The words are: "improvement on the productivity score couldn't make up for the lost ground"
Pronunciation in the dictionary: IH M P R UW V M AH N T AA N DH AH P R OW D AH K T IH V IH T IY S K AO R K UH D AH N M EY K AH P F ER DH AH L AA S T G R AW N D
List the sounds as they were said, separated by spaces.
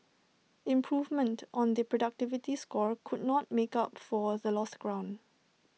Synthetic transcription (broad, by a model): IH M P R UW V M AH N T AA N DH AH P R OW D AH K T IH V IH T IY S K AO R K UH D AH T M EY K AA P F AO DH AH L AA S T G R AW N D